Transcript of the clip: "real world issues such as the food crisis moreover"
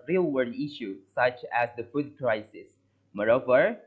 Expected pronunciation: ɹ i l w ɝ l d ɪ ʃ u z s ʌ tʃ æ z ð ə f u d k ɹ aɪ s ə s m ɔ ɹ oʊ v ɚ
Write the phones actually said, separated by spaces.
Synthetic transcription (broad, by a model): ɹ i l w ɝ d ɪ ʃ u s ʌ tʃ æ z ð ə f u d k ɹ aɪ s ə s m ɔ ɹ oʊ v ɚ